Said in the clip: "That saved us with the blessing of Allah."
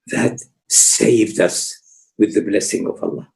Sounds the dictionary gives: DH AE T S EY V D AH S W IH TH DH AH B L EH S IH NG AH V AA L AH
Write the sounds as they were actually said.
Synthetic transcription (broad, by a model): DH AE T S EY V D AH S W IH DH AH B L EH S IH NG AH V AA L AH